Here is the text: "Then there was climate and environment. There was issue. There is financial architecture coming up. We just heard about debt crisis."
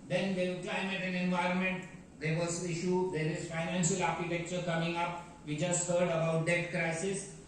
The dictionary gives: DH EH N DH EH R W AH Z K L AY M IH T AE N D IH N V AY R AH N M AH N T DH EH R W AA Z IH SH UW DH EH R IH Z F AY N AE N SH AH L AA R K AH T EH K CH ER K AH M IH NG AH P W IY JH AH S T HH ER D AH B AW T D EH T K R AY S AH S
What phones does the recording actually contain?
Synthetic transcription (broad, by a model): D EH N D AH K L AY M IH T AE N IH N V AY R AH N M AH N T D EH R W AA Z IH SH UW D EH R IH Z F AY N AE N SH AH L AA R K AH T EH K CH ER K AH M IH NG AH P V IY JH AH S T HH ER D AH B AW T D EH T K R AY S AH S